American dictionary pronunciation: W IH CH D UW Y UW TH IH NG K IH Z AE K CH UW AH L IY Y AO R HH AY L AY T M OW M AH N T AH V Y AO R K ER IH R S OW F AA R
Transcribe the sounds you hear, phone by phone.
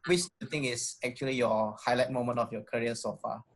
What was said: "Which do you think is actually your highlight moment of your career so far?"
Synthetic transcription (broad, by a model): W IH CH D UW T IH NG IH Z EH K CH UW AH L IY Y AO HH AY L AY T M OW M AH N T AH F Y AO K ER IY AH S OW F AA